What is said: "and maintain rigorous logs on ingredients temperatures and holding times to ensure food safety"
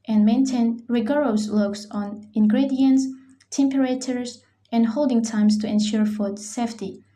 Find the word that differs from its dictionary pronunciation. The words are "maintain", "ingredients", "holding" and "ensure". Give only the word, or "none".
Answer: none